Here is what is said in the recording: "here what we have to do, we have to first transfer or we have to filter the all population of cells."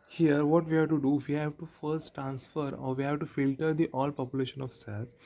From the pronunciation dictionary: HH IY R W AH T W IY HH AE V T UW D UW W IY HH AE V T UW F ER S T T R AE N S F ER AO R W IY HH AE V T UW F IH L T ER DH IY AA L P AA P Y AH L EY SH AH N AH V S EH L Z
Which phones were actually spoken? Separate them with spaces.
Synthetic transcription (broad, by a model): HH IY R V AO T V IY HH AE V T UW D UW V IY HH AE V T UW F ER S T T R AE N S F ER AO R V IY HH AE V T UW F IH L T ER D IY AA L P AA P Y AH L EY SH AH N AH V S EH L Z